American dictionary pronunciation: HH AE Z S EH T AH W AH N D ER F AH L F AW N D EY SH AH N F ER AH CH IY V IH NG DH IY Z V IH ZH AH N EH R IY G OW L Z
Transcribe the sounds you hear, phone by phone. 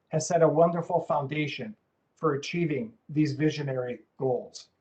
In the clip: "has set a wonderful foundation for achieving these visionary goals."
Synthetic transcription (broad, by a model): HH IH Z S EH T AH W AH N D ER F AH L F AW N D EY SH AH N F ER AH CH IY V IH NG DH IY Z V IH ZH AH N EH R IY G OW L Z